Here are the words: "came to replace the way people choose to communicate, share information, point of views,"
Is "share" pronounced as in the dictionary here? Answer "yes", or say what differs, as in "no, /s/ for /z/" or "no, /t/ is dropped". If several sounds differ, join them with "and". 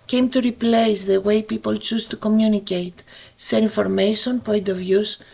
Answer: no, /s/ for /ʃ/